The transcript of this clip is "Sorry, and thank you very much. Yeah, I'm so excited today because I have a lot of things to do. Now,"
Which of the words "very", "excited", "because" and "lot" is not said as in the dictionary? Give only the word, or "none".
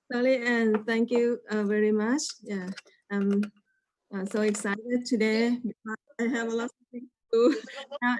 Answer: because